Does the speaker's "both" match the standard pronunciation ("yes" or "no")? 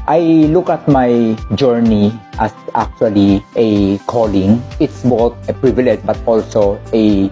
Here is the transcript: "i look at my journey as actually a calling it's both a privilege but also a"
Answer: no